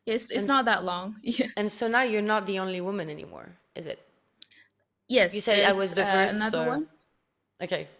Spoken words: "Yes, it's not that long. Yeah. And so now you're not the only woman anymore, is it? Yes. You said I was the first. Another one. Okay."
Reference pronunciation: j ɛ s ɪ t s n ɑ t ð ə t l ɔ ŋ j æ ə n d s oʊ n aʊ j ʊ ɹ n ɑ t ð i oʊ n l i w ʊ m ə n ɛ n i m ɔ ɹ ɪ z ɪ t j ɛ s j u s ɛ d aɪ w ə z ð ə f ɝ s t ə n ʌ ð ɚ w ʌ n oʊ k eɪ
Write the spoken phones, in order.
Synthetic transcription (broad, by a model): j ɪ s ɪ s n n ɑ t ð ə t l ɔ ŋ j æ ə n s oʊ n aʊ j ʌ ɹ n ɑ t ð i oʊ n l i w ʊ m ə n ɛ n i m ɔ ɹ ɪ z ɪ t j ɛ s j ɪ s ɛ aɪ w ə z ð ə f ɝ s ə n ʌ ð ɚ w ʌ n oʊ k eɪ